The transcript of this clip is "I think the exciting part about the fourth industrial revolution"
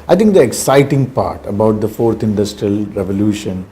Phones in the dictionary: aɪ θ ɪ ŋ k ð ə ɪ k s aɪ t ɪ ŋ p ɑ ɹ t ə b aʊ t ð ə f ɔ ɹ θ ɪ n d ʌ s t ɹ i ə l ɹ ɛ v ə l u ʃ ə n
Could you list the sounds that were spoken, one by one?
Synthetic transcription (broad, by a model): aɪ t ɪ ŋ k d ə ɪ k s aɪ t ɪ ŋ p ɑ ɹ t ə b aʊ t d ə f ɔ ɹ t ɪ n d ʌ s t ɹ i ə l ɹ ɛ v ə l u ʃ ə n